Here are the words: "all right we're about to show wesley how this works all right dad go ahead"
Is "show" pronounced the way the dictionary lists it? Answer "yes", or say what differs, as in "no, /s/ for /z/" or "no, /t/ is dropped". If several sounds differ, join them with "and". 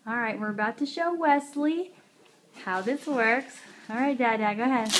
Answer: yes